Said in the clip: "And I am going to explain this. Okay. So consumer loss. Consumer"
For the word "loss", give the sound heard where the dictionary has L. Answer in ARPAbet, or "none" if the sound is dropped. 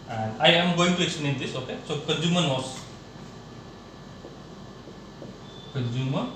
N